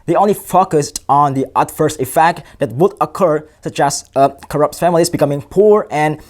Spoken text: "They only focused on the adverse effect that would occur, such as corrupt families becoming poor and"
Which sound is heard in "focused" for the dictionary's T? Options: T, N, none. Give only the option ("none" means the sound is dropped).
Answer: T